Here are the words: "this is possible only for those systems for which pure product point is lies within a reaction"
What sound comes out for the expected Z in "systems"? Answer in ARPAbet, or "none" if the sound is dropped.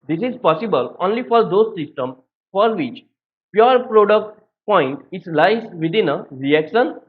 none